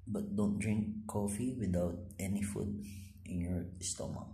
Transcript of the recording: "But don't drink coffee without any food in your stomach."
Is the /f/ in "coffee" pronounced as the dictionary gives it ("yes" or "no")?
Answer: yes